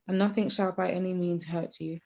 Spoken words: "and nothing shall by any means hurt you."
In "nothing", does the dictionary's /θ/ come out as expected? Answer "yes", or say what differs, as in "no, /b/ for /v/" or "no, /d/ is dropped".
yes